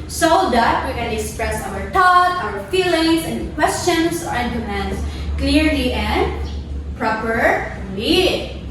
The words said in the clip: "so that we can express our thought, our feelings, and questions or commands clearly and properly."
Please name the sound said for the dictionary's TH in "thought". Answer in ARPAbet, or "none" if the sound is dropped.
T